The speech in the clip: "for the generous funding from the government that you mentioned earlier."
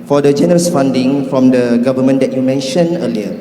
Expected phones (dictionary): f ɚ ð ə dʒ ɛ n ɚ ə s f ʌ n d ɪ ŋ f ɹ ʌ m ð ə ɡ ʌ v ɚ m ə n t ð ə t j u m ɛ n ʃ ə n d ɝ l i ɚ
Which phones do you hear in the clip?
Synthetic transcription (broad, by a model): f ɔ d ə dʒ ɛ n ɚ ə s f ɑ n d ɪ ŋ f ɹ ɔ m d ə ɡ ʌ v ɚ m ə n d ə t j u m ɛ n ʃ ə n ɝ l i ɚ